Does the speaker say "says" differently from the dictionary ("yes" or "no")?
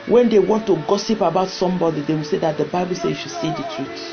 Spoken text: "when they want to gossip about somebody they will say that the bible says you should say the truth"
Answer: yes